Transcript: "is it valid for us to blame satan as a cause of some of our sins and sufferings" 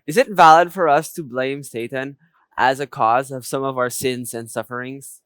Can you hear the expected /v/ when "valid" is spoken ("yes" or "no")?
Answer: yes